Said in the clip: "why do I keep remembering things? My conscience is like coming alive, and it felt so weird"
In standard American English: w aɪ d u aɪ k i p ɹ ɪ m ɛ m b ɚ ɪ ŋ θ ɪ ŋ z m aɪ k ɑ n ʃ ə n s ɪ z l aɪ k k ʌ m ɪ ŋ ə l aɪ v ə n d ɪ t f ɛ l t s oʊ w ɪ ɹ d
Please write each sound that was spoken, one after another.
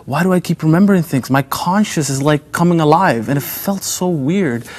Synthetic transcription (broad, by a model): w aɪ d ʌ aɪ k i p ɹ ɪ m ɛ m b ɚ ɪ ŋ θ ɪ ŋ s m aɪ k ɑ n ʃ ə s ɪ z l aɪ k k ʌ m ɪ ŋ ə l aɪ v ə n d ɪ t f ɛ l t s oʊ w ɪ ɹ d